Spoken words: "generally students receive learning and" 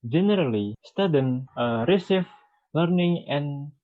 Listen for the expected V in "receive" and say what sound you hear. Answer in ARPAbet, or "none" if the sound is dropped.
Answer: F